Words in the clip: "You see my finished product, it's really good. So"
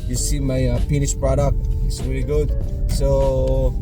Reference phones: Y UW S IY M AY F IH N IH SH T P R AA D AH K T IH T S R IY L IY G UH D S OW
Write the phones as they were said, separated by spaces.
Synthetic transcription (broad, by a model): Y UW S IY M AY P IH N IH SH P R AA D AH K T IH T S R IY L IY G UH D S OW